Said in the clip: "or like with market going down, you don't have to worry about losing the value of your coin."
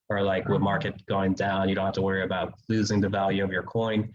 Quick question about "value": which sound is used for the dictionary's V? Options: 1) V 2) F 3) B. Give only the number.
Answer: 1